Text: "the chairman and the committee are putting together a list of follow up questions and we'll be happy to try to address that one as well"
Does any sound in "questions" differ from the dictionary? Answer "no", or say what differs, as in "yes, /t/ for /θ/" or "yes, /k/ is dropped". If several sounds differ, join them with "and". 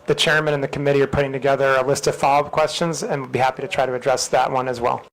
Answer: no